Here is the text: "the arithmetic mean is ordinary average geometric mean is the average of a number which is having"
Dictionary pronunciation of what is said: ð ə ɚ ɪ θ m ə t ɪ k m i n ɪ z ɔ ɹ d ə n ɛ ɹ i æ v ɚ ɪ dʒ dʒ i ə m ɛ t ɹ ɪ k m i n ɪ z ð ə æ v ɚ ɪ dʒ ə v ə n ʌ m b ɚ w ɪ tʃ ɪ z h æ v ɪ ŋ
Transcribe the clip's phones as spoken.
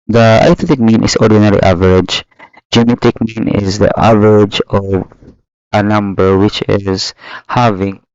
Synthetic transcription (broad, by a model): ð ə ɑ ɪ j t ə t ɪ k m i n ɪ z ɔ ɹ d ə n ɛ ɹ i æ v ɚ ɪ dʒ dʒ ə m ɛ t ɪ k m i n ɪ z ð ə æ v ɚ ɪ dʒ ə v ə n ʌ m b ɚ w ɪ tʃ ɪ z h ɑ v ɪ ŋ